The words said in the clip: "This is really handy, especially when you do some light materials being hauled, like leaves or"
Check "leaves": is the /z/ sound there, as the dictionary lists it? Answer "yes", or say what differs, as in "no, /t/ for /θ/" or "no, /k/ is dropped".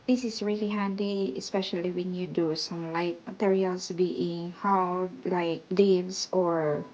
no, /s/ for /z/